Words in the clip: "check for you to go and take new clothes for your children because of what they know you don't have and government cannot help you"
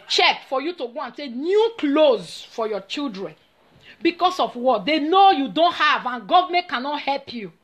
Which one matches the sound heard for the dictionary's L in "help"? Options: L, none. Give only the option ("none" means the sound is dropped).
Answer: L